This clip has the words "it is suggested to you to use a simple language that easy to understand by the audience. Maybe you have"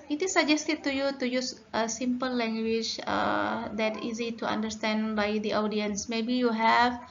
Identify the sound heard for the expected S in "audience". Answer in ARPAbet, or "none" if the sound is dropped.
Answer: S